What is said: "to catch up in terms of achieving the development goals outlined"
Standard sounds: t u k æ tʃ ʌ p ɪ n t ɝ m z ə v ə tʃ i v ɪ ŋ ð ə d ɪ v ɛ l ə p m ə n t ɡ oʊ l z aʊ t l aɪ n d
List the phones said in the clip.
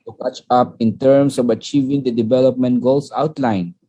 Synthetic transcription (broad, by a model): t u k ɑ tʃ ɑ p ɪ n t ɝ m s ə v ə tʃ i v ɪ ŋ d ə d ɪ v ɛ l ə p m ə n t ɡ oʊ l s aʊ t l aɪ n